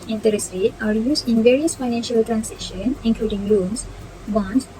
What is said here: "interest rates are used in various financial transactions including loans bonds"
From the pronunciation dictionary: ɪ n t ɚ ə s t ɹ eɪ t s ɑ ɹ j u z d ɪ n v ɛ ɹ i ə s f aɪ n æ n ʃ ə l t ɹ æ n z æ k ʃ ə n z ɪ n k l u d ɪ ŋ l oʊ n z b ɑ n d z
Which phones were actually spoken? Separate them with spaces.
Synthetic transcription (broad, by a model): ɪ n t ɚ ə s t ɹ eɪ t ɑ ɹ j u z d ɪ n v ɛ ɹ i ə s f aɪ n æ n ʃ ə l t ɹ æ n s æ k ʃ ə n ɪ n k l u d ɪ ŋ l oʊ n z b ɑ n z